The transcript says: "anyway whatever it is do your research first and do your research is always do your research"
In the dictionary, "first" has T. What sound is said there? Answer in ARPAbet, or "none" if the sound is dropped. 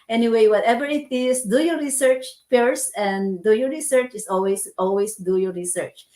none